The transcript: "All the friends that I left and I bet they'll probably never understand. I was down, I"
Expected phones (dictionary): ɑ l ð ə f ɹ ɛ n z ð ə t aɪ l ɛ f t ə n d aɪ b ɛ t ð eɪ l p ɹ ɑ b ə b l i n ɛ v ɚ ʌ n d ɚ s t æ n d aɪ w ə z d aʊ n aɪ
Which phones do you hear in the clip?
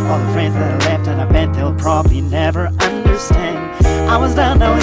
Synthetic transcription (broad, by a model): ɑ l ð ə f ɹ ɛ n z ð ə t l ɛ f t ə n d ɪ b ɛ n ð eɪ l p ɹ ɑ b ə b l i n ɛ v ɚ ʌ n d ɚ s t æ n d aɪ w ə z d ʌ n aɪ